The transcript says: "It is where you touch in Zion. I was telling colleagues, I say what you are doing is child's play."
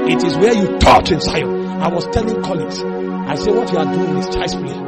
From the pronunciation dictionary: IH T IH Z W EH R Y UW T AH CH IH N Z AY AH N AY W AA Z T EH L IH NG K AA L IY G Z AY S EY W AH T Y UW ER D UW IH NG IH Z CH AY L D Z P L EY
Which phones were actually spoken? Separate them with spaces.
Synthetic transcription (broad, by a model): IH T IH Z W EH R Y UW T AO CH IH N S AY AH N AY W AA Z T EH L IH NG K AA L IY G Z AY S EY W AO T Y UW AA D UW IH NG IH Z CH AY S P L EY